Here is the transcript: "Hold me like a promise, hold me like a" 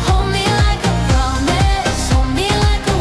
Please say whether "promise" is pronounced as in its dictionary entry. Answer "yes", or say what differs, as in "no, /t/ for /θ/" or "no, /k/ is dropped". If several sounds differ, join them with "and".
no, /s/ is dropped